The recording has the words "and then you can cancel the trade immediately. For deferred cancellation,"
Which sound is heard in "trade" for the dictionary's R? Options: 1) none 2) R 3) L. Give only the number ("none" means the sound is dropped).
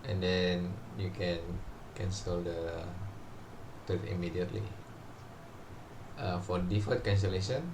1